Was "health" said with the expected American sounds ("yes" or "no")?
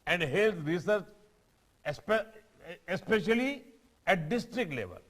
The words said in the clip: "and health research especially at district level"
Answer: no